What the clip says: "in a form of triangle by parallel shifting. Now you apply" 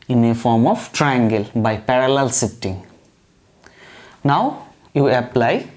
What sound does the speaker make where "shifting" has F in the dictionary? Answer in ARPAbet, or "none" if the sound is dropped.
none